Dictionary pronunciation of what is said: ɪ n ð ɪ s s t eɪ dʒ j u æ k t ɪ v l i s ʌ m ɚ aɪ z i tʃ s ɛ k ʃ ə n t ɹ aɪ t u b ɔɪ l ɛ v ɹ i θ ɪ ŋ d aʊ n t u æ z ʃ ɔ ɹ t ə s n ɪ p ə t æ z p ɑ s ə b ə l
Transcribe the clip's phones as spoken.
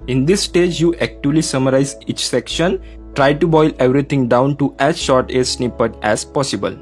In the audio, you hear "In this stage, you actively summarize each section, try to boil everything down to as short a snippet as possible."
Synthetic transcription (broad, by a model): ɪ n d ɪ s s t eɪ dʒ j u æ k t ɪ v l i s ʌ m ɚ aɪ z i tʃ s ɛ k ʃ ə n t ɹ aɪ t u b ɔɪ l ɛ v ɹ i t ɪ ŋ d aʊ n t u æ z ʃ ɔ ɹ t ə s n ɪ p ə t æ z p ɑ s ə b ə l